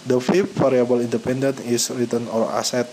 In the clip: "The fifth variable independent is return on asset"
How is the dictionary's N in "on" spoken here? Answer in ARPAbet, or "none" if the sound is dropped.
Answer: L